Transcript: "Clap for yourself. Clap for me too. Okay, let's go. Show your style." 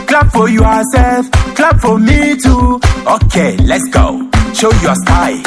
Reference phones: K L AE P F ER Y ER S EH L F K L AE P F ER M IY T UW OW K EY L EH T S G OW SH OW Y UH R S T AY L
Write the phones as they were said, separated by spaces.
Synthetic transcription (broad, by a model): K L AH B F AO Y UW S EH L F K L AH B F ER M IY T UW OW K EY L EH T S G OW SH OW Y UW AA S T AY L